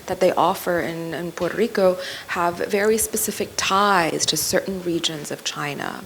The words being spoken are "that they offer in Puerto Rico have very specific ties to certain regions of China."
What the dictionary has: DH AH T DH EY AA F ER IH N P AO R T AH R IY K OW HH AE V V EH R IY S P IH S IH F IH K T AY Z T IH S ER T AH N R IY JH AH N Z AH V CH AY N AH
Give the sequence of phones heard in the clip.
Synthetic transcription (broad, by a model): DH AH T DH EY AA F ER IH N P AO R T AH R IY K OW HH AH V V EH R IY S P IH S IH F IH K T AY Z T IH S ER T N R IY JH AH N Z AH V CH AY N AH